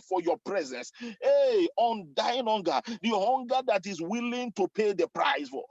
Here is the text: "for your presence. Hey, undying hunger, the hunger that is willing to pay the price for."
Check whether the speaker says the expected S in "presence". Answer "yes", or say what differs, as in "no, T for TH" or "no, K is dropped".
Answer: yes